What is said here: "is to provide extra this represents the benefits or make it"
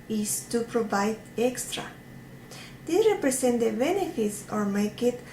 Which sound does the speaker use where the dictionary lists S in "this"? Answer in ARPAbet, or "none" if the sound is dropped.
none